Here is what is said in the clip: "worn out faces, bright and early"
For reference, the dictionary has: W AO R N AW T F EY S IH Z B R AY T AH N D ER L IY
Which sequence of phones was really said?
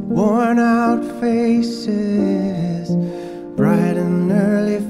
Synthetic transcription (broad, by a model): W AO R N AW T F EY S IH Z B R AY T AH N ER L IY